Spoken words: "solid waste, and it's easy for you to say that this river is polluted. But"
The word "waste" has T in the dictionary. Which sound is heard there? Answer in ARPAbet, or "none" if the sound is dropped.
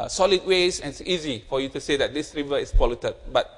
none